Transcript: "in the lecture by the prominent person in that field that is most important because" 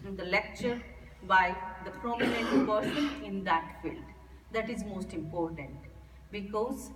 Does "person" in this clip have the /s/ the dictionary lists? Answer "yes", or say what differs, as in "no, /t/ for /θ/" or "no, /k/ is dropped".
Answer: no, /ʃ/ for /s/